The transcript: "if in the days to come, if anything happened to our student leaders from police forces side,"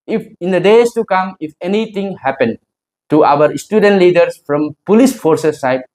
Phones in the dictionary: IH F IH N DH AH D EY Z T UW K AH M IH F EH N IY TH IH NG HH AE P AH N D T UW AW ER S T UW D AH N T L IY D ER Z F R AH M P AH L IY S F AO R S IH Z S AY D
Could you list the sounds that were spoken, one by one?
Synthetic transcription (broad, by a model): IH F IH N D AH D EY S T UW K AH M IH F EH N IY T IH NG HH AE P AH N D T UW AW ER S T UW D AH N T L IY D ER S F R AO M P AH L IY S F AO R S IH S AY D